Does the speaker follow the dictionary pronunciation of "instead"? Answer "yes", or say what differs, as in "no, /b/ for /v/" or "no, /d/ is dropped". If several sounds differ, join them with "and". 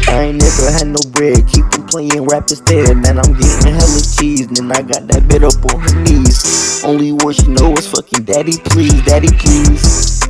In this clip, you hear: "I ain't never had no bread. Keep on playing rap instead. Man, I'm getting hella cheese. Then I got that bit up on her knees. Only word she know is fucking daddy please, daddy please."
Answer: no, /n/ is dropped